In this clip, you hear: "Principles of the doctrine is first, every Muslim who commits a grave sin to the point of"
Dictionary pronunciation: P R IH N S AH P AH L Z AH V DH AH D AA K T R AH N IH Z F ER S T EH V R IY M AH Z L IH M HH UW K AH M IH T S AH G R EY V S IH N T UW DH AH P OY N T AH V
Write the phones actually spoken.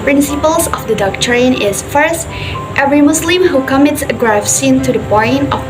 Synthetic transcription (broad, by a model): P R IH N S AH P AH L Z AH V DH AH D AA K T R AH N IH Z F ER S T EH V R IY M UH S L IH M HH UW K AH M IH T S AH G R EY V S IH N T UW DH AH B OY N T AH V